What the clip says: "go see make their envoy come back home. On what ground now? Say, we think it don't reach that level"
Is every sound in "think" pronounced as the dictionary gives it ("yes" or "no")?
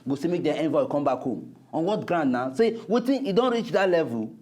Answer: no